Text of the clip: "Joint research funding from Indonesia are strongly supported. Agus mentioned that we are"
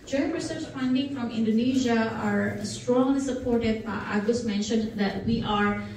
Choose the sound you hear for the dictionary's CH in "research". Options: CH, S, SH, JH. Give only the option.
S